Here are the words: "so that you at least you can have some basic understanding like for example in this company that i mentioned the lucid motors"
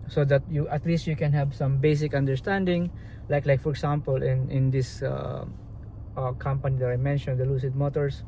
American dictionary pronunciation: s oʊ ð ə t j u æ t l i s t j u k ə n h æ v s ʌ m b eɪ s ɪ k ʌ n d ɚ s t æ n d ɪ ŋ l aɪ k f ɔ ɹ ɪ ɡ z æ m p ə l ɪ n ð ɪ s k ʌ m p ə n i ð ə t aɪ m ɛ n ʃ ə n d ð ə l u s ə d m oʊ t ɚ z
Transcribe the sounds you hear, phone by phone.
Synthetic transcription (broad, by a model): s oʊ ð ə t j u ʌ t l i s t j u k ə n h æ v s ʌ m b eɪ s ɪ k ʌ n d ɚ s t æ n d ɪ ŋ l aɪ k f ɔ ɹ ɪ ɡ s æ m p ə l ɪ n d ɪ s k ʌ m p ə n i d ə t aɪ m ɛ n ʃ ə n d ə l u s ə d m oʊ t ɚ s